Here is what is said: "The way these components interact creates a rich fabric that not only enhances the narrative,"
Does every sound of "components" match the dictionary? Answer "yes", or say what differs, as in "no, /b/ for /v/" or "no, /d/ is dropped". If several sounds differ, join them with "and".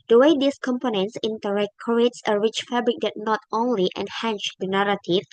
yes